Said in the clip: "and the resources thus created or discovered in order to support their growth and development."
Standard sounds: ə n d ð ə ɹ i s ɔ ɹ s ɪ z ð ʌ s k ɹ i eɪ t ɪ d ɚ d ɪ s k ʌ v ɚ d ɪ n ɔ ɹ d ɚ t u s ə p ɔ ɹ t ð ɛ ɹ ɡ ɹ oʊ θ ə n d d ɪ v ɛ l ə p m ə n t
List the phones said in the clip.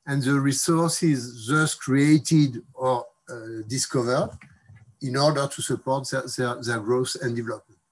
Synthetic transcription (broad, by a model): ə n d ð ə ɹ i s ɔ ɹ s ɪ z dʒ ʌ s k ɹ i eɪ t ɪ d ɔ d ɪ s k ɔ v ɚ d ɪ n ɔ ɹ d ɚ t u s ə p ɔ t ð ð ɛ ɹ ɡ ɹ oʊ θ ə n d d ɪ v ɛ l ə p m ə n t